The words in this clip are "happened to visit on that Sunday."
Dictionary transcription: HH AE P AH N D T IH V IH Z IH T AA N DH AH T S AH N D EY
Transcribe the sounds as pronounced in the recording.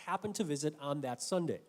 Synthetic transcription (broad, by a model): HH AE P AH N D T IH V IH Z IH T N DH AH T S AH N D EY